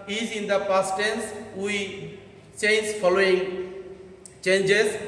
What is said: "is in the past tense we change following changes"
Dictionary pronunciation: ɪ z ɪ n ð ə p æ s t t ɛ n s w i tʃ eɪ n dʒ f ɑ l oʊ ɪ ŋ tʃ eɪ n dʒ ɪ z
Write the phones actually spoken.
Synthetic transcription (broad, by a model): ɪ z ɪ n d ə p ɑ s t t ɛ n s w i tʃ eɪ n z f ɑ l oʊ ɪ ŋ tʃ eɪ n dʒ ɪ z